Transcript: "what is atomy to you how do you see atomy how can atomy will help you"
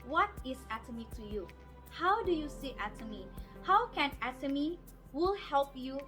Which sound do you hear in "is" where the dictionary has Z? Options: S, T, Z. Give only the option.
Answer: S